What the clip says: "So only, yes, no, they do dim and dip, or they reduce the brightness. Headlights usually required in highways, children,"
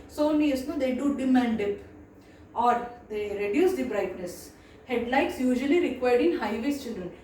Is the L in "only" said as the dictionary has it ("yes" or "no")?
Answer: no